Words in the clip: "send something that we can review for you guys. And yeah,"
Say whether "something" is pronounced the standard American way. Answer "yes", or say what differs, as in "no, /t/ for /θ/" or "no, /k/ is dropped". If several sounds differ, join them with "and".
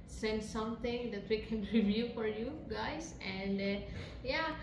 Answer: no, /t/ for /θ/